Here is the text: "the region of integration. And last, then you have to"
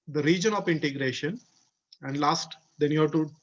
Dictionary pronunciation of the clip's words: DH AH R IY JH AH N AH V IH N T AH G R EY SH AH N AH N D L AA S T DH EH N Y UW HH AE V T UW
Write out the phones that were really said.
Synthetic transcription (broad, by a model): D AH R IY JH AH N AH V IH N T AH G R EY SH AH N AH N D L AA S T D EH N Y UW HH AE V T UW